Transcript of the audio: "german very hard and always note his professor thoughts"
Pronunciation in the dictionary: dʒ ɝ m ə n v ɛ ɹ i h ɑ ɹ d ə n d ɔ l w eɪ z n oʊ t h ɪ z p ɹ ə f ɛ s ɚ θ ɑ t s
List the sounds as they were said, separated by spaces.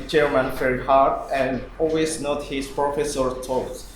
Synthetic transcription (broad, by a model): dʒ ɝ m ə n f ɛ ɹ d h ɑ ɹ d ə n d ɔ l w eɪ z n oʊ t h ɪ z p ɹ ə f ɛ s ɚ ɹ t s